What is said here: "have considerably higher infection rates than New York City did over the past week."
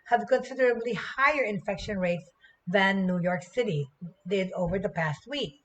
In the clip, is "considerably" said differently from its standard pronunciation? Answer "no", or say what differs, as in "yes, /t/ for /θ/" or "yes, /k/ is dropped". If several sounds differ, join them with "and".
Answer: no